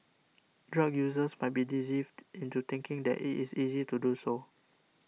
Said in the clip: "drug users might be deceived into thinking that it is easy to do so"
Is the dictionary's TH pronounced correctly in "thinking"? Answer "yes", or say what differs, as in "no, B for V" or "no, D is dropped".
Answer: no, T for TH